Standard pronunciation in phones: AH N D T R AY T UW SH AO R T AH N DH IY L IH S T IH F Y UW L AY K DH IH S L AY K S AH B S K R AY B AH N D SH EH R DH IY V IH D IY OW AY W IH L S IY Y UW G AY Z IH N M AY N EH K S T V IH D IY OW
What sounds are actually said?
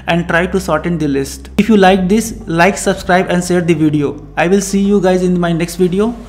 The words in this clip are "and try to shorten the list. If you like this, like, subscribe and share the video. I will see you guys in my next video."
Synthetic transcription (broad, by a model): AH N D T R AY T UW S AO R T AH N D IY L IH S T IH F Y UW L AY K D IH S L AY K S AH B S K R AY B AH N D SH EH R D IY V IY D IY OW AY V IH L S IY Y UW G AY Z IH N M AY N EH K S T V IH D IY OW